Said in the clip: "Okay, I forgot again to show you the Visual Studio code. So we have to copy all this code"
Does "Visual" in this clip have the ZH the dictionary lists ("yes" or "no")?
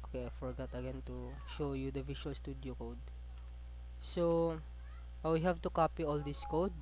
no